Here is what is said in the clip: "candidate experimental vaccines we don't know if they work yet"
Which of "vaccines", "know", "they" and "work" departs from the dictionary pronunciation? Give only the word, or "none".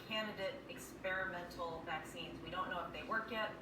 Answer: none